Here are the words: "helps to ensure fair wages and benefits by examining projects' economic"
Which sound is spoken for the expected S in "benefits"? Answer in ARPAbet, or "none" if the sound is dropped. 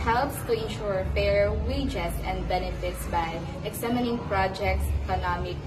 S